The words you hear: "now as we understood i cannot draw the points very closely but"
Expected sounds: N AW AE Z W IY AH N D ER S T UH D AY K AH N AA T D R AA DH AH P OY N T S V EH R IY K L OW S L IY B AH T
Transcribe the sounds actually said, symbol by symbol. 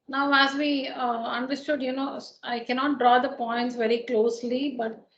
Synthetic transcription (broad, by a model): N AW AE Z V IY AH N D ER S T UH D AY K AH N AA T D R AA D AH P OY N T S V EH R IY K L OW S L IY B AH T